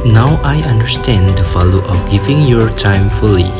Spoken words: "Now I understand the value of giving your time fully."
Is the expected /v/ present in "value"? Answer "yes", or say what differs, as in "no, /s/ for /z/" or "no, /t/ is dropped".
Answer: no, /f/ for /v/